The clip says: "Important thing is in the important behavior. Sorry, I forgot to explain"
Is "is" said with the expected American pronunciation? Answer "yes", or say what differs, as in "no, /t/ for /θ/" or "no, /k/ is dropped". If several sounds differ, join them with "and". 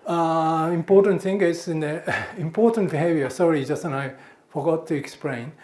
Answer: no, /s/ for /z/